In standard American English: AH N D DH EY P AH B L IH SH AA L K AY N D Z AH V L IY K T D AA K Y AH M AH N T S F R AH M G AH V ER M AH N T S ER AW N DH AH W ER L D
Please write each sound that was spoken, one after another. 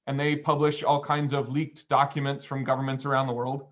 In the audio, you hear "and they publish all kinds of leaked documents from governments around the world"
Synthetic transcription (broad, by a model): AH N DH EY P AH B L IH SH AA L K AY N D Z AH V L IY K T D AA K Y AH M AH N T S F R AH M G AH V ER M AH N T S ER AW N DH AH W ER L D